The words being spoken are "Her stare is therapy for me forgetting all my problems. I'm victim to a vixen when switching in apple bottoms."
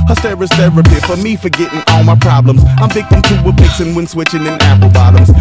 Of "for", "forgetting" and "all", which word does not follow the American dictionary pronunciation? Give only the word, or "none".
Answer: none